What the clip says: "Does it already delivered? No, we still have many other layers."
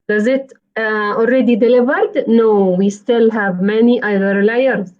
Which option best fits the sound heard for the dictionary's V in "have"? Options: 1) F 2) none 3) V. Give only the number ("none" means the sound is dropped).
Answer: 3